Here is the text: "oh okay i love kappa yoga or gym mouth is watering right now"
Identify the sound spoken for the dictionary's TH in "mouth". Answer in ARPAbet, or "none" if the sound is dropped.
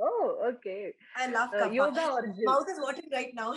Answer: S